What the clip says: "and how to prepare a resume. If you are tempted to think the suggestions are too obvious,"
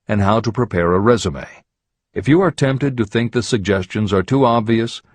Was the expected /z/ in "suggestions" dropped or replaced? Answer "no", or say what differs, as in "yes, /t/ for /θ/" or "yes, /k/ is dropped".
no